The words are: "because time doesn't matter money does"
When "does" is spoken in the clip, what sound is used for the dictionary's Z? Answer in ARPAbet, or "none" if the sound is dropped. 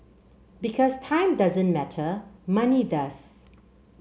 S